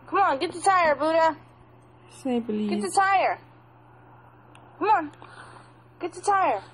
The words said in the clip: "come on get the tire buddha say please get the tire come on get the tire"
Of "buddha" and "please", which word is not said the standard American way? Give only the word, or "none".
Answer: please